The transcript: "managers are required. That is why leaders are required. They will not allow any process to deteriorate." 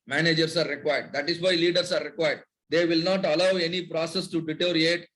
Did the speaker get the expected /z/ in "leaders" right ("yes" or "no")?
no